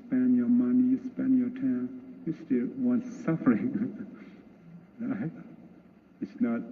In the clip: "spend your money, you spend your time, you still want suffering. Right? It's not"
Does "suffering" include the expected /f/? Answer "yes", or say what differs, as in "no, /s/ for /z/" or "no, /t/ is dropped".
yes